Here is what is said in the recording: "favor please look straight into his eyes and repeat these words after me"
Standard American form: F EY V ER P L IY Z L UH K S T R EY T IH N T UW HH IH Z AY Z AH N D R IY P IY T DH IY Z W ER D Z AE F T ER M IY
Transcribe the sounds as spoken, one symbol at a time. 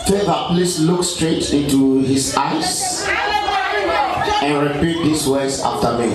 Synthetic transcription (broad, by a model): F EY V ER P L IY S L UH K S T R EY T IH N T UW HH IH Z AY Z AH N R IY P IY T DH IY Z W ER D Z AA F T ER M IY